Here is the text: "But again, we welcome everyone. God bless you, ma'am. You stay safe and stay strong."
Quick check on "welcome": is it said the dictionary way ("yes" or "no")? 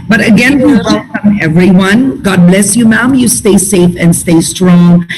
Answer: no